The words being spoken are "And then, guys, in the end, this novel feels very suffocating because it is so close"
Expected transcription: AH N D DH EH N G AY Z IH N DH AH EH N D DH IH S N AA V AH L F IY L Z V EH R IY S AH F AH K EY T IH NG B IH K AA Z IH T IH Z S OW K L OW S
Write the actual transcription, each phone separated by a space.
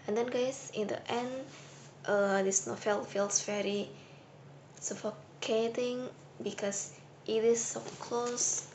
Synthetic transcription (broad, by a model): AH N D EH N G AY S IH N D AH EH N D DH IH S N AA F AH L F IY L S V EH R IY S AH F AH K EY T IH NG B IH K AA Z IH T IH S OW K L OW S